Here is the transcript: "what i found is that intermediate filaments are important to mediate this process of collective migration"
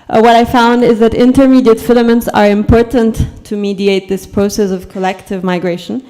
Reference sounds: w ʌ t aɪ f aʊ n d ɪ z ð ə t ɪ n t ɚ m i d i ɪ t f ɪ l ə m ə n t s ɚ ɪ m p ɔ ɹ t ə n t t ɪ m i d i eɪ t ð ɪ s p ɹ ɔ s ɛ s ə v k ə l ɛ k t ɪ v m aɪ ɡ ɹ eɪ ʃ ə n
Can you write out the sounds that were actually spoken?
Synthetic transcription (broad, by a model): w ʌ t aɪ f aʊ n d ɪ z ð ə t ɪ n t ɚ m i d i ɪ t f ɪ l ə m ə n t s ɚ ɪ m p ɔ ɹ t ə n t t ɪ m i d i eɪ t ð ɪ s p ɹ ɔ s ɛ s ə v k ə l ɛ k t ɪ v m aɪ ɡ ɹ eɪ ʃ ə n